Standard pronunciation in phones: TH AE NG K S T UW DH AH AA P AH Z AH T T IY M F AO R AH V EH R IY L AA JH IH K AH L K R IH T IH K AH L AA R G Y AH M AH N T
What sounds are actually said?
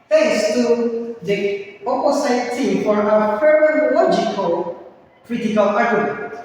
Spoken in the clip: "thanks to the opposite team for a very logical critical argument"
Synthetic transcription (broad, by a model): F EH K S T UW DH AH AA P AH S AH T T IY M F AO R AH P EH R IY L AA JH IH K AH L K R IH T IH K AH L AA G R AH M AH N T